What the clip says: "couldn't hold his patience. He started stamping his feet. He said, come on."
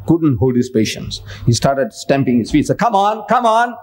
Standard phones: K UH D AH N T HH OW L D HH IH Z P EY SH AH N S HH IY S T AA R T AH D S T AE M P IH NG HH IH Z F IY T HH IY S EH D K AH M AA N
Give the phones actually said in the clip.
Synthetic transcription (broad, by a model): K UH D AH N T HH OW L D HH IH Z P EY SH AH N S HH IY S T AA R T AH D S T AE M P IH NG HH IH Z F IY T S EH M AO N K AH M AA N